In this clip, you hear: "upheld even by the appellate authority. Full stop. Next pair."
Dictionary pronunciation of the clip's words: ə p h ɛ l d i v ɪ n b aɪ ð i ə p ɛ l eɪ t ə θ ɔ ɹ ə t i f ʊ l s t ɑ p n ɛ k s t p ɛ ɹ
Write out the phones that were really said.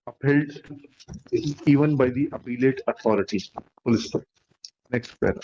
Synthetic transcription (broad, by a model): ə p h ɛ l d i v ɪ n b aɪ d i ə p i l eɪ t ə t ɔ ɹ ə t i p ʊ l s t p n ɛ k s t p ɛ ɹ